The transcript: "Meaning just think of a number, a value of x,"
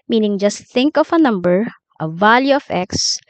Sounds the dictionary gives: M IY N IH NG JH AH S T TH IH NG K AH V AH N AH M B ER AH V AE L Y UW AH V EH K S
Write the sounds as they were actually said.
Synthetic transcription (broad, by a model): M IY N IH NG JH AH S T TH IH NG K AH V AH N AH M B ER AH V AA L Y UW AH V EH K S